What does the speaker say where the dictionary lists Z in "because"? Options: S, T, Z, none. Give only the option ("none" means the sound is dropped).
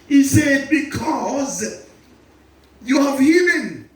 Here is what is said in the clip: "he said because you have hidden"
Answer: Z